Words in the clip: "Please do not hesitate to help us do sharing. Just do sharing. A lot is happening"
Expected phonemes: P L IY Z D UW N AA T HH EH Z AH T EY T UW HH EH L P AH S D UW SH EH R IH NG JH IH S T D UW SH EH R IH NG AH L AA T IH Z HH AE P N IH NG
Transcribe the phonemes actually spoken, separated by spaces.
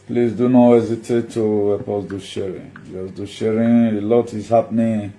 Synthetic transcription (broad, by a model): P L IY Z D UW N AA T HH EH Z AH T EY T UW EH P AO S D UW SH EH R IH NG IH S D UW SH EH R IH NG AH L AA T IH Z HH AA P N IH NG